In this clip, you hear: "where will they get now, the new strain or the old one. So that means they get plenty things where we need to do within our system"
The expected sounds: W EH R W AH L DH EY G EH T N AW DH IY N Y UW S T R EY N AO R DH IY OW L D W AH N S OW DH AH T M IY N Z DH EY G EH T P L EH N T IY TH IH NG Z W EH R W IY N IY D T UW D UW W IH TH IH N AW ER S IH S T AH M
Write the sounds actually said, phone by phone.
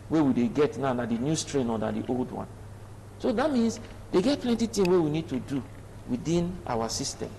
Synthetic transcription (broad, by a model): W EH W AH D EY G EH T N AW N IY N Y UW S T R EY N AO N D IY OW L D W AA N S OW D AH T M IY N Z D EY G EH T P L EH N T IY T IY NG W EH W IY N IY D T UW D UW W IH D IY N AW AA S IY S T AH M